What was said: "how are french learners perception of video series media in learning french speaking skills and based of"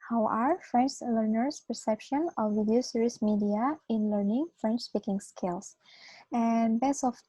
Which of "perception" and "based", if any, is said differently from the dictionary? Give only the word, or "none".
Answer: based